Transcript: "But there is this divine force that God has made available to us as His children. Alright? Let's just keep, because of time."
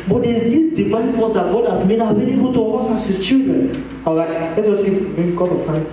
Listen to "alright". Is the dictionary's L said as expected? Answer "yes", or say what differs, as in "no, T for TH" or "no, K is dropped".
no, L is dropped